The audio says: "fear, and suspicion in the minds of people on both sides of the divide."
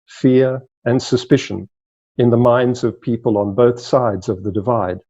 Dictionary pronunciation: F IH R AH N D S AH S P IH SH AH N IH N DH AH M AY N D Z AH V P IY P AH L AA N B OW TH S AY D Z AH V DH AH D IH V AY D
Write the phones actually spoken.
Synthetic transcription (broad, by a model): F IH R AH N S AH S P IH SH AH N IH N DH AH M AY N D Z AH V P IY P AH L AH N B OW TH S AY D Z AH V DH AH D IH V AY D